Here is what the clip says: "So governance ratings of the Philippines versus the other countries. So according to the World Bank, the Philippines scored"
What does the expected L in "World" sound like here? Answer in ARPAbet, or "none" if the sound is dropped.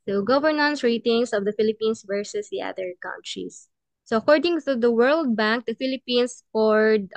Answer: L